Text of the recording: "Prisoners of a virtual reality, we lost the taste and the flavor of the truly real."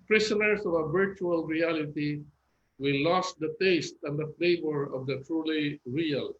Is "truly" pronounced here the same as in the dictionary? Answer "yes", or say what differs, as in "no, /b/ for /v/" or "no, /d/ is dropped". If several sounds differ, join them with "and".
yes